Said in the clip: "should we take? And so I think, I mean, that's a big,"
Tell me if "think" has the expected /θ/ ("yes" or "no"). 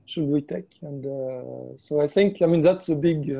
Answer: yes